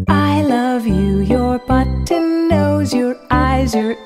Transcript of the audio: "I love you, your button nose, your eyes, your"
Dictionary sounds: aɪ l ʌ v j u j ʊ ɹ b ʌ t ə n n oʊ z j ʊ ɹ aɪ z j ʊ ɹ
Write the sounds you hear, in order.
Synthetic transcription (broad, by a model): aɪ l ʌ v j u j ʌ ɹ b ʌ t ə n n oʊ z j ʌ ɹ aɪ z j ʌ ɹ